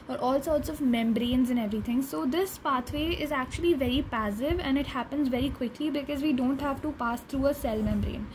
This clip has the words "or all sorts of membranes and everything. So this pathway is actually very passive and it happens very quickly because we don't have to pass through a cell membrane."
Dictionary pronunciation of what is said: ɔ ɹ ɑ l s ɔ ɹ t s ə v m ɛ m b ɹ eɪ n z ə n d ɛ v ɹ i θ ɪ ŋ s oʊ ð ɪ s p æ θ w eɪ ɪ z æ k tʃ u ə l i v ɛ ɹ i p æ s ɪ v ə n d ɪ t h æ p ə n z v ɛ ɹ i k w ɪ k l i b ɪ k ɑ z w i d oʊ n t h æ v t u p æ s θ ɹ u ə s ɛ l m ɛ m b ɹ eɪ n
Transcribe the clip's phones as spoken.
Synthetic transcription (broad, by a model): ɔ ɹ ɑ l s ɔ ɹ t s ə v m ɛ m b ɹ eɪ n z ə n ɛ v ɹ i t ɪ ŋ s oʊ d ɪ s p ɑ t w eɪ ɪ z æ k tʃ u ə l i v ɛ ɹ i p æ s ɪ v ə n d ɪ t h æ p ə n z v ɛ ɹ i k w ɪ k l i b ɪ k ɑ z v i d oʊ n t h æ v t u p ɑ s t ɹ u ə s ɛ l m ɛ m b ɹ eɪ n